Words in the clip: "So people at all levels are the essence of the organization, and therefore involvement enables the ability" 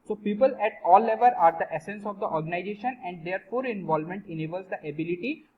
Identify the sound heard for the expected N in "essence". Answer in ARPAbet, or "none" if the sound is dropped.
N